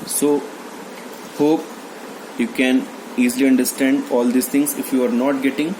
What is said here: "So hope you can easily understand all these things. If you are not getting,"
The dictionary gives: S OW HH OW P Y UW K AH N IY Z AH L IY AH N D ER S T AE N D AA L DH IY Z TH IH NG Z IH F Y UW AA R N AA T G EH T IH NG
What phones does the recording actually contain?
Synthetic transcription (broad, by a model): S OW HH OW P Y UW K AH N IY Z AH L IY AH N D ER S T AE N D AA L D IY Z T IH NG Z IH F Y UW AA R N AA T G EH T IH NG